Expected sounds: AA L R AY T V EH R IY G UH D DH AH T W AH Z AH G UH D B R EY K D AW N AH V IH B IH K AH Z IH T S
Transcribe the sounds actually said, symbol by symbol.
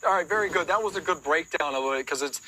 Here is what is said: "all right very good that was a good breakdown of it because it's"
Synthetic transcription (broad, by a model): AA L R AY T V EH R IY G UH D DH AH T W AH Z AH G UH D B R EY K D AW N AH V IH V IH K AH Z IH T S